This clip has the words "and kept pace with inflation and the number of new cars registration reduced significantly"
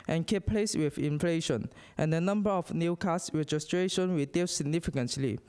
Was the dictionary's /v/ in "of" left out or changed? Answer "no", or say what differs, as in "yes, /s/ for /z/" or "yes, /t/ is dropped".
yes, /f/ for /v/